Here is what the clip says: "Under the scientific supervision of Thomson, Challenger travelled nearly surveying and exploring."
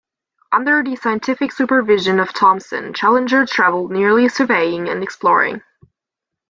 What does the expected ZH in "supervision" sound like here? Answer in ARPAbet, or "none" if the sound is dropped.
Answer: ZH